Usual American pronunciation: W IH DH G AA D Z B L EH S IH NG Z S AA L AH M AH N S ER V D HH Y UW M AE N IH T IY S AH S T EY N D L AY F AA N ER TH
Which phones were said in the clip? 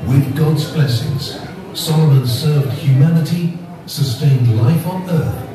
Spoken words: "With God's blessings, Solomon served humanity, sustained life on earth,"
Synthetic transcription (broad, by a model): W IH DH G AA D Z B L EH S IH NG Z S AA L AH M AH N S ER V D HH Y UW M AE N IH T IY S AH S T EY N D L AY F N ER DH